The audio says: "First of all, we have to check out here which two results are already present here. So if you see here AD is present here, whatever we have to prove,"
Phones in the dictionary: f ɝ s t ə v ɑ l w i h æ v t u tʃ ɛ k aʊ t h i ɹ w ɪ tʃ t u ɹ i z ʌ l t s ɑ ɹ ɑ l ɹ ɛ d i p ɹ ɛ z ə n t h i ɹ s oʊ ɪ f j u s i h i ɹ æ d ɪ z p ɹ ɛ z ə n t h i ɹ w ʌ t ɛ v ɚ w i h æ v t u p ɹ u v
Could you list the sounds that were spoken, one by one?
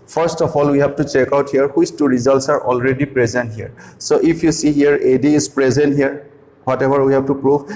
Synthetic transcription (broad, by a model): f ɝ s t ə f ɑ l w i h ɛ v t u tʃ ɛ k aʊ t h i ɹ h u s t u ɹ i z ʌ l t s ɑ ɹ ɑ l ɹ ɛ d i p ɹ ɛ z ə n t h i ɹ s oʊ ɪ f j u s i h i ɹ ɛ d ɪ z p ɹ ɛ z ə n t h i ɹ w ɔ t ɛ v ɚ w i h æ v t u p ɹ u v